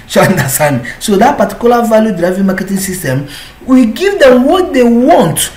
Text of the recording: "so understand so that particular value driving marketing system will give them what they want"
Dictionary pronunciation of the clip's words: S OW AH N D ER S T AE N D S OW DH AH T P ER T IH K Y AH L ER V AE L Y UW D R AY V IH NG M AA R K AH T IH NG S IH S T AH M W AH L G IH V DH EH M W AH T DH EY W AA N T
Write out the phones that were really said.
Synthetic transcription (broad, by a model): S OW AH N D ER S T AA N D S OW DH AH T P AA T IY K Y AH L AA V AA L Y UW D R AY V IH NG M AA K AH T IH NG S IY S T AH M W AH G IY V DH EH M W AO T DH EY W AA N T